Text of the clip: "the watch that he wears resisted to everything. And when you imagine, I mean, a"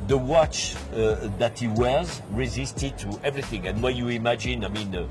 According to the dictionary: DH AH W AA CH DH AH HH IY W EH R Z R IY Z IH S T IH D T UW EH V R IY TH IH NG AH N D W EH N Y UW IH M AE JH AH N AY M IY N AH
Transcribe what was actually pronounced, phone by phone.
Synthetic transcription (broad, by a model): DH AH W AA CH DH AH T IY W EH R Z R IY Z IH S T IH D T UW EH V R IY TH IH NG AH N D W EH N Y UW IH M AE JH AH N AY M IY N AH